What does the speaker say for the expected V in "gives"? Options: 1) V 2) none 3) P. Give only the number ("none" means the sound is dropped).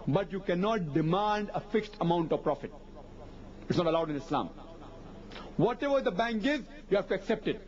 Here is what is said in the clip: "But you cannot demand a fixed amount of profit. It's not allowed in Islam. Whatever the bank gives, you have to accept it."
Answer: 2